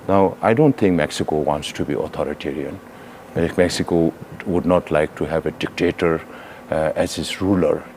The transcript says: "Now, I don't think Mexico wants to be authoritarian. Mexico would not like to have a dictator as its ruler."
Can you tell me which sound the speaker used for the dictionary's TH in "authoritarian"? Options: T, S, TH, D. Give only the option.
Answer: T